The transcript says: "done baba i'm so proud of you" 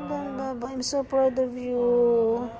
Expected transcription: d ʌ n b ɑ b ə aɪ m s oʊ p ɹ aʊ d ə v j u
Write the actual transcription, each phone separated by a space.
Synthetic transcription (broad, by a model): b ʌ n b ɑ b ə aɪ m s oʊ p aʊ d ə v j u